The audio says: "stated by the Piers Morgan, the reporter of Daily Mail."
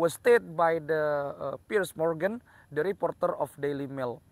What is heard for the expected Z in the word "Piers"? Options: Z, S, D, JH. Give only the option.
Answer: S